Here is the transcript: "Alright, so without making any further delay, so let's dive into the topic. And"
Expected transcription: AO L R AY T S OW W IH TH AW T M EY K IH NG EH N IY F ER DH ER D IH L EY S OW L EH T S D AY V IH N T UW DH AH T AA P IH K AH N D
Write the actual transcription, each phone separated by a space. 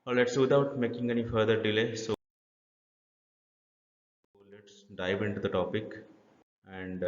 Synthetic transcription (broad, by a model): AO L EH T S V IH T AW T M EY K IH NG EH N IY F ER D ER D IH L EY S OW L EH T S D AY V IH N T UW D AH T AA P IH K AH N D